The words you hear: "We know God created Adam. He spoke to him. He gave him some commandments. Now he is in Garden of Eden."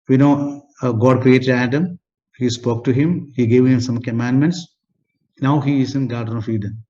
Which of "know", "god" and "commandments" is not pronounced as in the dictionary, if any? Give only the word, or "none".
none